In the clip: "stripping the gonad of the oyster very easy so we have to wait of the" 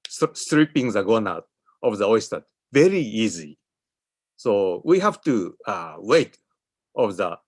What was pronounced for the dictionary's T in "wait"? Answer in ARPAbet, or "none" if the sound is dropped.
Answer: T